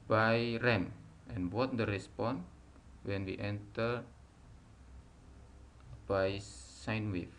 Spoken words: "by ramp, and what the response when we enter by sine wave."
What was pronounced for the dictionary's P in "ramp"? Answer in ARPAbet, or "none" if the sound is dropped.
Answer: none